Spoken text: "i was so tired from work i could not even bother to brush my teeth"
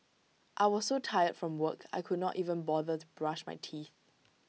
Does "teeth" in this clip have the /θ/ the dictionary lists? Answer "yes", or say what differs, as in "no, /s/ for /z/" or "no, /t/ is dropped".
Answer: yes